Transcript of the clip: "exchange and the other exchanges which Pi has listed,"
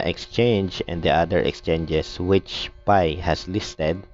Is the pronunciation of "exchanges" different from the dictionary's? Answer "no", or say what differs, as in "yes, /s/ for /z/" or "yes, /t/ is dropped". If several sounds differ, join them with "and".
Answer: yes, /s/ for /z/